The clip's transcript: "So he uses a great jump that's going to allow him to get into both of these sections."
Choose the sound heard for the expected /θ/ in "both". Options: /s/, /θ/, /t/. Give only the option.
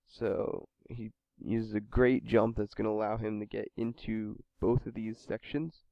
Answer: /θ/